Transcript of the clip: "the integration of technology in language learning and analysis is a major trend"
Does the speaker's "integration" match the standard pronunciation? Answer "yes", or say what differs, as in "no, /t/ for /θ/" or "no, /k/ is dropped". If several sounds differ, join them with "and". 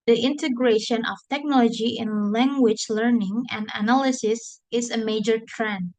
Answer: yes